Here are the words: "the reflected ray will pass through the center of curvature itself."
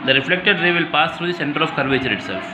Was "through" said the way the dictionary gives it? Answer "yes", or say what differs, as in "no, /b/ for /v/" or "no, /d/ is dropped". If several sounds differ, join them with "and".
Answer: no, /t/ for /θ/